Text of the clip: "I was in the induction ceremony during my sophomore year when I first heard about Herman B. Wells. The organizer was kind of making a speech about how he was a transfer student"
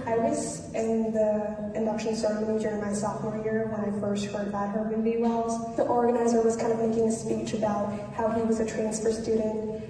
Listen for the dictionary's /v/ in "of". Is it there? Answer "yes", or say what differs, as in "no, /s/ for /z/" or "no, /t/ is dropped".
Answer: yes